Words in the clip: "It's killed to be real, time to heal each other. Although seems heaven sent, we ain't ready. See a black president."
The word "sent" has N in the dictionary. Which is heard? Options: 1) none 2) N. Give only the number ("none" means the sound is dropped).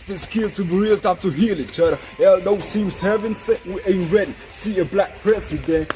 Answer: 1